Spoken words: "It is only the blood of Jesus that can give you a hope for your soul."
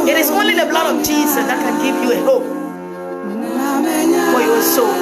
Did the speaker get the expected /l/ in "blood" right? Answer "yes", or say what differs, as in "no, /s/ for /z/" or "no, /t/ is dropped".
yes